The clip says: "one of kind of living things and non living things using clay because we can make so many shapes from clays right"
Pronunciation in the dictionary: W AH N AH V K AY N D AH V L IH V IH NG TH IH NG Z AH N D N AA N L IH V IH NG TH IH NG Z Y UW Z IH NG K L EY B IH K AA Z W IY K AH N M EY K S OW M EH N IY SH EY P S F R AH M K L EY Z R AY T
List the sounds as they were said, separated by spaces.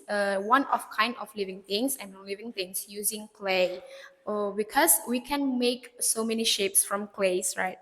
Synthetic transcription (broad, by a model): W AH N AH F K AY N D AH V L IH V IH NG T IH NG S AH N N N L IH V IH NG T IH NG S Y UW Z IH NG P L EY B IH K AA S W IY K AH N M EY K S OW M EH N IY SH EY P S F R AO M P L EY S R AY T